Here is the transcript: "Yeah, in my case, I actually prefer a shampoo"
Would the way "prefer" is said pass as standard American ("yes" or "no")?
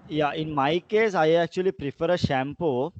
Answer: yes